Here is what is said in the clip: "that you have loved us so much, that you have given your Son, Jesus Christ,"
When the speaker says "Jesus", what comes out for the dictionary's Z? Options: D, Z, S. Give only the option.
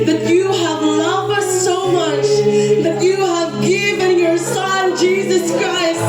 Z